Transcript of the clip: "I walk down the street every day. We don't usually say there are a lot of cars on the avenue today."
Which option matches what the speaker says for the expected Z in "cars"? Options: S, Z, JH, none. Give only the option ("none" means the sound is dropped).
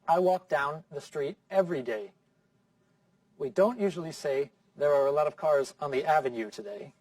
Z